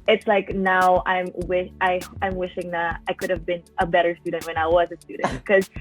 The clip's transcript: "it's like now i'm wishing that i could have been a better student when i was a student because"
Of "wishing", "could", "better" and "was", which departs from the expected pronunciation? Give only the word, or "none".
none